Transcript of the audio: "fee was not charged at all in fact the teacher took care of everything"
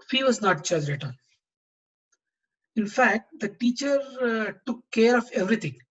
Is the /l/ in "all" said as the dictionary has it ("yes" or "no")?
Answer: no